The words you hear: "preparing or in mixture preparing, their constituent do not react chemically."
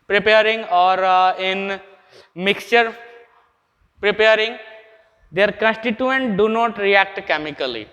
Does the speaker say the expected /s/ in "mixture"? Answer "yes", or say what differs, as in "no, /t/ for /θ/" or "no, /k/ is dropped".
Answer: yes